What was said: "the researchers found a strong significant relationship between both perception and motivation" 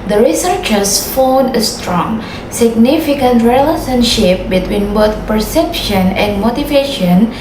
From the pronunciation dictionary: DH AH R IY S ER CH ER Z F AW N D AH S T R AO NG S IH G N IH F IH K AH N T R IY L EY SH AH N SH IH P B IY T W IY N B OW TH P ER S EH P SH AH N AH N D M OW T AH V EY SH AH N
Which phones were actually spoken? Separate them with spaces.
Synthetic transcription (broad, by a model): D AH R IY S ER CH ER S F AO N AH S T R AO NG S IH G N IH F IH K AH N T R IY L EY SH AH N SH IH P B IY T W IY N B OW T P ER S EH P SH AH N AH N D M OW T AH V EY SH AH N